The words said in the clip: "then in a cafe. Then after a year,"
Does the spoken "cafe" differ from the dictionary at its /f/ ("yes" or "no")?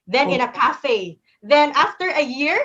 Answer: no